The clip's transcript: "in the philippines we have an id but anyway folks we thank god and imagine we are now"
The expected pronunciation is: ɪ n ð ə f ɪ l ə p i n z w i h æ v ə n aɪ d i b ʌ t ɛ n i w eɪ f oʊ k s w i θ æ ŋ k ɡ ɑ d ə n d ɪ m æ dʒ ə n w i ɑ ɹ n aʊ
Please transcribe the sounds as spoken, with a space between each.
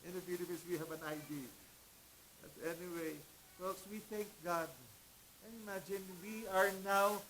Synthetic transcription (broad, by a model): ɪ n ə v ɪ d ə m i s w i h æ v ə n aɪ d i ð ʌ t ɛ n i w eɪ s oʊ s w i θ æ ŋ k ɡ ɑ d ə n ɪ m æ dʒ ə n w i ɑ ɹ n aʊ